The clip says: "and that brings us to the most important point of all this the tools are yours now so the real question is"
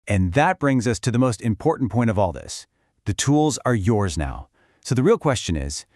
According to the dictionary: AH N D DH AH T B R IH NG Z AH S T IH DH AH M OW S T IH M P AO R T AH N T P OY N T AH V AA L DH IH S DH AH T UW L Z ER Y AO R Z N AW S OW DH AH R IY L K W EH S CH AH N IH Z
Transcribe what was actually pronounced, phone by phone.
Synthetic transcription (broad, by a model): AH N DH AH T B R IH NG Z AH S T IH DH AH M OW S T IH M P AO R T N P OY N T AH V AA L DH IH S DH AH T UW L Z ER Y AO R Z N AW S OW DH AH R IY L K W EH S CH AH N IH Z